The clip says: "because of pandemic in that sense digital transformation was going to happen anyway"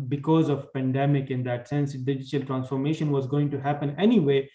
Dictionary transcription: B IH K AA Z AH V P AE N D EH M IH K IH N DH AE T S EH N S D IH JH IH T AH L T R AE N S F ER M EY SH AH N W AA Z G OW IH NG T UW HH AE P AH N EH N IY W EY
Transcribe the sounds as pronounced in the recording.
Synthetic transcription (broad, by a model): B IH K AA Z AH V P AE N D EH M IH K IH N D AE T S EH N S D IH JH IH T AH L T R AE N S F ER M EY SH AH N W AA Z G OW IH NG T UW HH AE P AH N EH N IY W EY